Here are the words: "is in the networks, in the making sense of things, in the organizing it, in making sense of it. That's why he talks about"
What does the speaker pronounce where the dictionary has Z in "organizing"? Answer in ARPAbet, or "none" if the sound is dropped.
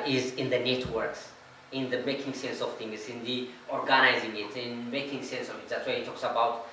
Z